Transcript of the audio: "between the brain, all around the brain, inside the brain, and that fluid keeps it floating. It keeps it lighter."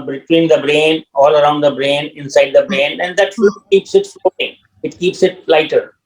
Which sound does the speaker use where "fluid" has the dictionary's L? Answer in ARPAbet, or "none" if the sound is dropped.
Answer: none